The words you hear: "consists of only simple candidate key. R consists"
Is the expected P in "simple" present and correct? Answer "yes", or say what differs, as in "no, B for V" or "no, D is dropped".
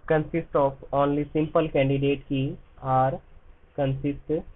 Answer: yes